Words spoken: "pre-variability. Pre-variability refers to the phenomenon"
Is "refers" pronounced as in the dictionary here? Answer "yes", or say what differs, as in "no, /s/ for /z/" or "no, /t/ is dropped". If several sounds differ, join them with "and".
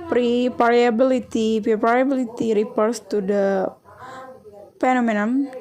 no, /p/ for /f/ and /s/ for /z/